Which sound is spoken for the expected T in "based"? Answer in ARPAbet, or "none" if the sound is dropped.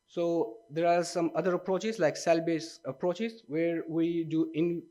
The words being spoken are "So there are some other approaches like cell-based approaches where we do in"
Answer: none